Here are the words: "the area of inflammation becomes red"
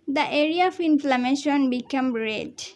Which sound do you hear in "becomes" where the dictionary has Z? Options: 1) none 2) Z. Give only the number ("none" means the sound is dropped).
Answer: 1